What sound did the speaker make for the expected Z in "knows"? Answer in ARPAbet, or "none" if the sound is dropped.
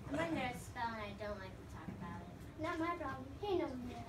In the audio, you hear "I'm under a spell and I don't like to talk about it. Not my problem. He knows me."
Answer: none